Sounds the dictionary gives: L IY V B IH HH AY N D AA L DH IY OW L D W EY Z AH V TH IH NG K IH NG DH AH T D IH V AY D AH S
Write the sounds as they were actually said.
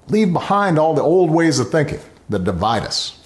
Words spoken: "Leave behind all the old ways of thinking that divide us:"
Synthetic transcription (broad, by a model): L IY V B IH HH AY N D AA L DH IY OW L D W EY Z AH V TH IH NG K IH NG DH AH T D IH V AY D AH S